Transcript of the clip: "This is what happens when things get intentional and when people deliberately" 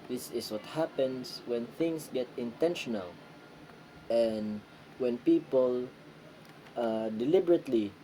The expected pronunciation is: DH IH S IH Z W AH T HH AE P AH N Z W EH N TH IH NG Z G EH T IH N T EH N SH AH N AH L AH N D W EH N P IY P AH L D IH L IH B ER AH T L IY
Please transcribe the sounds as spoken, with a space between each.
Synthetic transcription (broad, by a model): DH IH S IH S W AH T HH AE P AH N S W EH N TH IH NG S G EH T IH N T EH N SH AH N AH L AH N D W EH N P IY P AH L D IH L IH B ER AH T L IY